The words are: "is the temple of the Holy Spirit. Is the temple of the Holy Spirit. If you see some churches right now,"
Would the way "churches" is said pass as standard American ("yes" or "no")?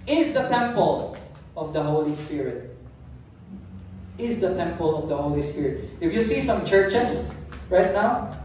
no